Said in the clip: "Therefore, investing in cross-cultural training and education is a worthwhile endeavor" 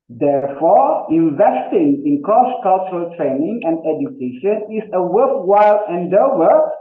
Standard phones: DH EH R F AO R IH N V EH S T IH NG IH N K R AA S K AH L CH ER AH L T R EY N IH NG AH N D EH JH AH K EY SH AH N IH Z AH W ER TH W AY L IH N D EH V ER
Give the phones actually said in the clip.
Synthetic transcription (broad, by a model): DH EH R F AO R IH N V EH S T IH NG IH N K AA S K AH L CH ER AH L T R EY N IH NG AH N D EH JH AH K EY SH AH N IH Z AH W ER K W AY L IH N D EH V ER